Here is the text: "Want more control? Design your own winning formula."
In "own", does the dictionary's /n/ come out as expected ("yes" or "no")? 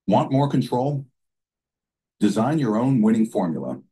yes